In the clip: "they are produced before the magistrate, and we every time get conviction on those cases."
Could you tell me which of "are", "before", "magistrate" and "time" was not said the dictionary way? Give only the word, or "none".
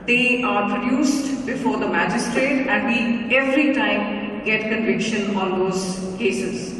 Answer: none